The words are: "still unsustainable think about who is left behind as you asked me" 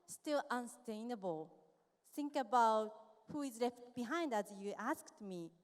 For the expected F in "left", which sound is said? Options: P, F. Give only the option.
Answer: F